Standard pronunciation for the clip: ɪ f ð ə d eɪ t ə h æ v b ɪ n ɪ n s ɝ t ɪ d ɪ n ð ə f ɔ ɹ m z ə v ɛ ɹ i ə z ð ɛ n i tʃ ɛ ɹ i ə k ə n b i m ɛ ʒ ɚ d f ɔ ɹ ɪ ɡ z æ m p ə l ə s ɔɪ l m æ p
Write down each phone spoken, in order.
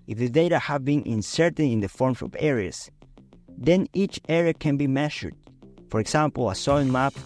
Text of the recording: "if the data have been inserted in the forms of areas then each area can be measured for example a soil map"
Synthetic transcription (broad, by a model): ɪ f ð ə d eɪ t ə h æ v b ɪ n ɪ n s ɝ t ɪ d ɪ n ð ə f ɔ ɹ m s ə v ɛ ɹ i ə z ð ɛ n i tʃ ɛ ɹ i ə k ə n b i m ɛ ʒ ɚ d f ɔ ɹ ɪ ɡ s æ m p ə l ə s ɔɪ n m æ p